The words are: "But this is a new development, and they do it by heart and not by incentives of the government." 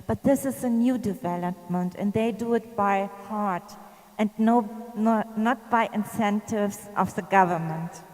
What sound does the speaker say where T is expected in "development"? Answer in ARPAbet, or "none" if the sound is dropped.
T